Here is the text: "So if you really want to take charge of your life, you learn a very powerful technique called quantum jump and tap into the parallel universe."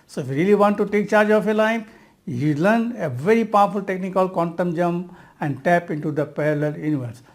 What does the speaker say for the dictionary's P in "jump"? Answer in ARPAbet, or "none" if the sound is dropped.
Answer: none